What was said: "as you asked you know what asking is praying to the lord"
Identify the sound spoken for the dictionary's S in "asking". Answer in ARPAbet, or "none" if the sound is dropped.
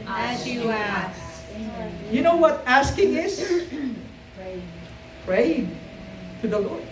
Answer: S